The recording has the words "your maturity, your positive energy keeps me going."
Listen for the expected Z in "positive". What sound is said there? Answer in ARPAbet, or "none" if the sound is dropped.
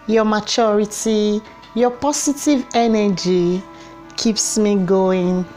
S